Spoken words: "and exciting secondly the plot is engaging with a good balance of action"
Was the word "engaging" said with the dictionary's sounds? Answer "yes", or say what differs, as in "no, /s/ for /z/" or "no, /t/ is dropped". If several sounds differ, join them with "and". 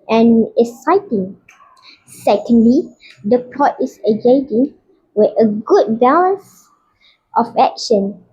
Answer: no, /n/ is dropped